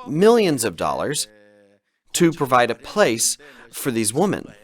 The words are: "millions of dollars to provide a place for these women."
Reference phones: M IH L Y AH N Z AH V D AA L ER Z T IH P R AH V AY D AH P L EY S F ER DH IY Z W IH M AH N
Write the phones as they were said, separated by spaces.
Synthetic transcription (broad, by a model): M IH L Y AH N Z AH V D AA L ER Z T IH P R AH V AY D AH P L EY S F ER DH IY Z W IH M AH N